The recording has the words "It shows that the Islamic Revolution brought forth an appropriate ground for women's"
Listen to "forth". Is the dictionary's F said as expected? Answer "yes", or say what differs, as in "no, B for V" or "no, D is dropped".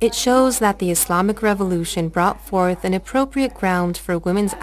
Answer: yes